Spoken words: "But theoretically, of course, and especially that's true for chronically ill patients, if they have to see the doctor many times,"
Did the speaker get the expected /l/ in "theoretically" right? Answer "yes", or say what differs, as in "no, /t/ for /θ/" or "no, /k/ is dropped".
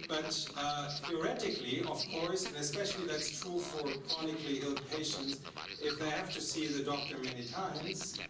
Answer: yes